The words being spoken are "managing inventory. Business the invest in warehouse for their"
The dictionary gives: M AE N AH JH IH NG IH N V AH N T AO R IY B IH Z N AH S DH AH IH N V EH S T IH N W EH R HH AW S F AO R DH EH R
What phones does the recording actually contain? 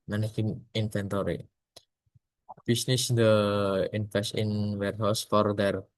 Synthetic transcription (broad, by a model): M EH N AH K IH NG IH N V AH N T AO R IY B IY S N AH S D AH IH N F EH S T IH N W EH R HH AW S F AO R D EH R